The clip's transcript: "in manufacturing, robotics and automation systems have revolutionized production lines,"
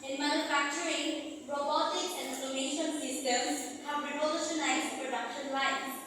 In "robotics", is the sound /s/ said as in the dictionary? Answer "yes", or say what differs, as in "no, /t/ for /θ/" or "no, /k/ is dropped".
no, /s/ is dropped